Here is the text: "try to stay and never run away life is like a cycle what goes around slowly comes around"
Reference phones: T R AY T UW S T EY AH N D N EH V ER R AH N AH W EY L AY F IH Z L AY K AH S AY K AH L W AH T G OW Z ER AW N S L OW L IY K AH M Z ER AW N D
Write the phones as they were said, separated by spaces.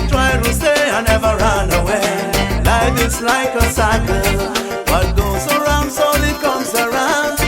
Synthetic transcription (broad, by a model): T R AY T UW S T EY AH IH N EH V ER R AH N AH W EY L AY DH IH S L AY K AH S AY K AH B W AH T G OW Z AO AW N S OW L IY K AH M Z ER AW N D